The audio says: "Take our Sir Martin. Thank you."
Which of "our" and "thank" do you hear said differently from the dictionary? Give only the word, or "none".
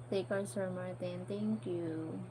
thank